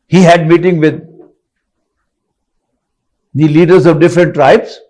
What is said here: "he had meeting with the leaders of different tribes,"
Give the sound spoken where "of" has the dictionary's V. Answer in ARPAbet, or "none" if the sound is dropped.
V